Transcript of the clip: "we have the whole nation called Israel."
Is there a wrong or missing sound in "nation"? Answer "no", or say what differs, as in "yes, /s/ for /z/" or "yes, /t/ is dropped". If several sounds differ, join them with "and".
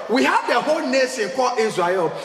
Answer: yes, /s/ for /ʃ/